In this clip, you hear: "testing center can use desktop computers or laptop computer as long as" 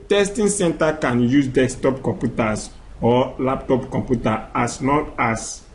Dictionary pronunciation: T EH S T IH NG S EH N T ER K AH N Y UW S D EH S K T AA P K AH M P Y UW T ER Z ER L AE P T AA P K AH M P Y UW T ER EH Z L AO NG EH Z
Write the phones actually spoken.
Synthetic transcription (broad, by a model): T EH S T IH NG S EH N T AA K AH N Y UW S D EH S T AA P K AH M P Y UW T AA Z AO L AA P T AA P K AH M P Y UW T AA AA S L AO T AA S